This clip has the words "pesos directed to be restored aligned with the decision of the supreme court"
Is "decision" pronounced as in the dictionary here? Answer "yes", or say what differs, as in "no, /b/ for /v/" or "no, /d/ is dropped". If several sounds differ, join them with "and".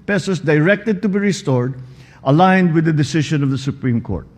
no, /ʃ/ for /ʒ/